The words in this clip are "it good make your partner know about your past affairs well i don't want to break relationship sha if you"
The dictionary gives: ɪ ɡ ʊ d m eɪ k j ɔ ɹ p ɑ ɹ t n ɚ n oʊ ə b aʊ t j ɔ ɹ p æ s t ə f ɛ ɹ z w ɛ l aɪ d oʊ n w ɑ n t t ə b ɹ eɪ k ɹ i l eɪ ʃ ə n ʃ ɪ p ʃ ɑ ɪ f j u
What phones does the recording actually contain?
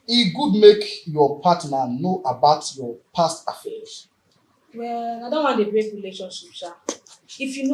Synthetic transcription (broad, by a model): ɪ ɡ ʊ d m eɪ k j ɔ p ɑ t n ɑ n oʊ ə b aʊ t j ɔ p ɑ s t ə f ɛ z w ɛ l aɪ d oʊ n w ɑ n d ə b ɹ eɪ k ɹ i l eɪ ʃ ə n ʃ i p s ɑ ɪ f j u